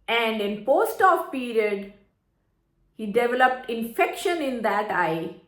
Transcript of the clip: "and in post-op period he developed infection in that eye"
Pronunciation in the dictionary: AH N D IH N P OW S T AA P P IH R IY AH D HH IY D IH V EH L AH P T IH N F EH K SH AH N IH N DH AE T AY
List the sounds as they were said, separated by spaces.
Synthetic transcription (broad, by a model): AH N D IH N P OW S T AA F P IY R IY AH D HH IY D IH V EH L AH P T IH N F EH K SH AH N IH N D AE T AY